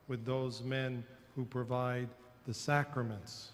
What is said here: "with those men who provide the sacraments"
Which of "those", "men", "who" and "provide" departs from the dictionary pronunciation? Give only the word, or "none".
none